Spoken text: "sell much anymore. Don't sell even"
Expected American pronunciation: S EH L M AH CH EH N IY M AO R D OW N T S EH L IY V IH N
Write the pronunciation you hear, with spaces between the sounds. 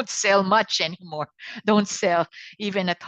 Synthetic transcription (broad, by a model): S EH L M AH CH EH N IY M AO R D OW N T S EH L IY V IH N